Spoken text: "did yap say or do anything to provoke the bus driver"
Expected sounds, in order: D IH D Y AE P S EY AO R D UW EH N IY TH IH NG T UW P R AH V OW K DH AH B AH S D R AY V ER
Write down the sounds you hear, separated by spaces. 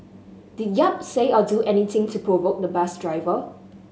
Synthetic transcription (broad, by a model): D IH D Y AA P S EY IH L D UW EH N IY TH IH NG T UW P R AH V OW K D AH B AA S D R AY V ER